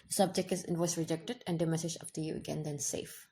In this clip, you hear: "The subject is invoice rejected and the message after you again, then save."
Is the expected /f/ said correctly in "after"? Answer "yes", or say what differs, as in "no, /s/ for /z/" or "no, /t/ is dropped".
no, /p/ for /f/